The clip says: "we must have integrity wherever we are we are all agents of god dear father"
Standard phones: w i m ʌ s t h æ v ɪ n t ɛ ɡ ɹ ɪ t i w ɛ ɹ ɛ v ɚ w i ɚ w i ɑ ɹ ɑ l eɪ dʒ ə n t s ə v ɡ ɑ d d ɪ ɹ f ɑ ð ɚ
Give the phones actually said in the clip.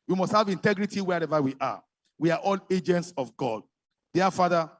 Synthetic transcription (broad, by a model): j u m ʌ s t h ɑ v ɪ n t ɛ ɡ ɹ ɪ t i w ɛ ɹ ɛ v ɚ w i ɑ w i ɑ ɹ ɑ l eɪ dʒ ə n t s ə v ɡ ɑ d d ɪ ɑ f ɑ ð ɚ